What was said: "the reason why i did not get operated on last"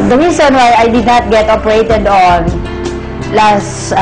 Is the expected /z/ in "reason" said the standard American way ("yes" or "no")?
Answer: no